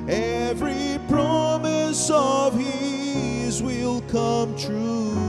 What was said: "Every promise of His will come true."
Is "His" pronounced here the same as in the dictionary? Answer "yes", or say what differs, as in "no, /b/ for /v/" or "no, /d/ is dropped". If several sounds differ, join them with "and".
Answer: yes